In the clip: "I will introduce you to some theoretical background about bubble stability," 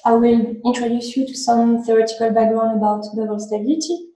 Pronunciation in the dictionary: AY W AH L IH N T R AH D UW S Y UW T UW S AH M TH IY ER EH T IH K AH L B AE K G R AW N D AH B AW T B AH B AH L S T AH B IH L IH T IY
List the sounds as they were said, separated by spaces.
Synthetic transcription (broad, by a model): AY W AH L IH N T R AH D UW S Y UW T UW S AH M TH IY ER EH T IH K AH L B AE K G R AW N AH B AW T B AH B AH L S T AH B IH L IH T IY